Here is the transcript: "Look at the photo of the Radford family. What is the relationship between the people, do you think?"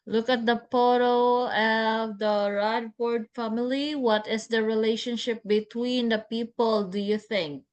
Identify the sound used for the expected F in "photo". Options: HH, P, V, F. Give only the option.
P